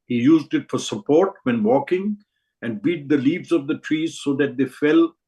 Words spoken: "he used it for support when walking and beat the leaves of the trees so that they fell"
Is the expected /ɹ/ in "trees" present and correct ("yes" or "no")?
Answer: yes